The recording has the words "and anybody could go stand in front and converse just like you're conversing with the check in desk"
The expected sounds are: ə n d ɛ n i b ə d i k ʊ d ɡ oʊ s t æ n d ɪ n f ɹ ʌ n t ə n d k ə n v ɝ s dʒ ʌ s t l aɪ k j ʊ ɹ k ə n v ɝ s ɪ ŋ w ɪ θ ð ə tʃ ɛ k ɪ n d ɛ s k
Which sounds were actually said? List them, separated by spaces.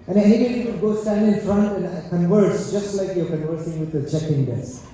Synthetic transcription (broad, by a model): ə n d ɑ i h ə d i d ɡ oʊ s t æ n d ɪ n f ɹ ʌ n t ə n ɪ k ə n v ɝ s dʒ ʌ s t l aɪ k j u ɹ k ə n v ɝ s ɪ ŋ w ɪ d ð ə tʃ ɛ k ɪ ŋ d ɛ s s